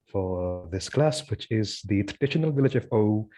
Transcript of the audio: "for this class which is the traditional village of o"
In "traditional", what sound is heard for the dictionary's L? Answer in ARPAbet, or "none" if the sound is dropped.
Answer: L